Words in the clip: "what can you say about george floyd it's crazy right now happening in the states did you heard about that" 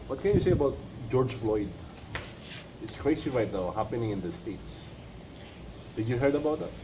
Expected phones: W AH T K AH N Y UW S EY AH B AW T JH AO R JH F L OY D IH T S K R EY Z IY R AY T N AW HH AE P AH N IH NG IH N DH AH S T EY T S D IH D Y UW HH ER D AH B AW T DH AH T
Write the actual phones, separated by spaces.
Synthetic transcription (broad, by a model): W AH T K AH N Y UW S EY AH B AW T JH AO R JH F L OY D IH T S K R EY S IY R AY T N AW HH AE P AH N IH NG IH N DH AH S T EY T S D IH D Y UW HH ER D AH B AW T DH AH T